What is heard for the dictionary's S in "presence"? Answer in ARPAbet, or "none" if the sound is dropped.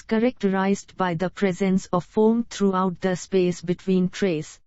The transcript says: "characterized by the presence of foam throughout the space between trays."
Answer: S